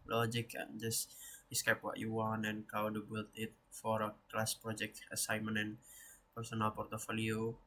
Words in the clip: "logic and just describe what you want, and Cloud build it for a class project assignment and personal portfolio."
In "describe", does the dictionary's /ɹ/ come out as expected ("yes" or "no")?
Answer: no